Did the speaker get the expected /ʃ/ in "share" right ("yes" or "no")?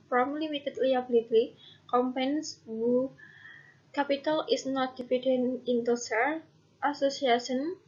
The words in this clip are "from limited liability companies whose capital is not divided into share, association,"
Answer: no